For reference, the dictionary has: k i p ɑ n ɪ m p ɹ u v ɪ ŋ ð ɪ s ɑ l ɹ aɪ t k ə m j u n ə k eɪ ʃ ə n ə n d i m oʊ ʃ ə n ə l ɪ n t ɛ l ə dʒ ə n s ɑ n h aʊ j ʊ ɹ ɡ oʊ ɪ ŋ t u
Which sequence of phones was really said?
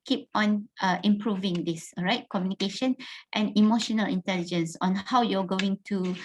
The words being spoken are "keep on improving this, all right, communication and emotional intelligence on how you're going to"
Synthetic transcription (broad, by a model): k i p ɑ n ɪ m p ɹ u v ɪ ŋ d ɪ s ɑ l ɹ aɪ t k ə m j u n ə k eɪ ʃ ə n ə n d i m oʊ ʃ ə n ə l ɪ n t ɛ l ə dʒ ə n s ɑ n h aʊ j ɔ ɡ oʊ ɪ ŋ t u